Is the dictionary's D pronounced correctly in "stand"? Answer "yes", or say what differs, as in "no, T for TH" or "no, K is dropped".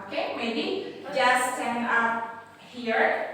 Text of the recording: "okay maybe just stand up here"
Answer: no, D is dropped